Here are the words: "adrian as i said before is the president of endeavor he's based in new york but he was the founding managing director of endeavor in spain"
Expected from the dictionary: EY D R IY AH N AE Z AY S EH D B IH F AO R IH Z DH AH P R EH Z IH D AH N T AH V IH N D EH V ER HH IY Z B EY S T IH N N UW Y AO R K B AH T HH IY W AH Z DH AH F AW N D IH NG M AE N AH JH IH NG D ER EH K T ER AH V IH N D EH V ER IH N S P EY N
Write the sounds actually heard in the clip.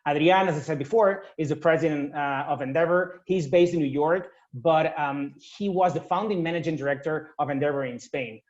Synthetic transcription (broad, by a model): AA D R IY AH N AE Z AY S EH D B IH F AO R IH Z DH AH P R EH Z IH D AH N T AH V IH N D EH V ER HH IY Z B EY S T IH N N UW Y AO R K B AH T HH IY W AH Z DH AH F AW N D IH NG M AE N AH JH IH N D ER EH K T ER AH V IH N D EH V ER IH N S P EY N